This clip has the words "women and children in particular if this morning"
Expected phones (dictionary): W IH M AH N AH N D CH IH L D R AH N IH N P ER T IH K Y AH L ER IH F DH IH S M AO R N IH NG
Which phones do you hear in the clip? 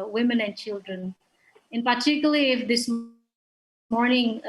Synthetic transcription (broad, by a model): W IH M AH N AH N D CH IH L D R AH N IH N P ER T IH K Y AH IY IH F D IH S M AO R N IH NG